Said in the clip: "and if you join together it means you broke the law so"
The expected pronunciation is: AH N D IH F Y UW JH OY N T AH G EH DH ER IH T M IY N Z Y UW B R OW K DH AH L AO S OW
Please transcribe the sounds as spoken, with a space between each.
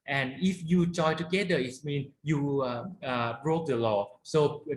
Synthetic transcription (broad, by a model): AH N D IH F Y UW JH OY T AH G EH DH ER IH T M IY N Y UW B R OW K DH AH L AO S OW